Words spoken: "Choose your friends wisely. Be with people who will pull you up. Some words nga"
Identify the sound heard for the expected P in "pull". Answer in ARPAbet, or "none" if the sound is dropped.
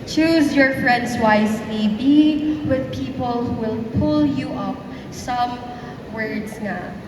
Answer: P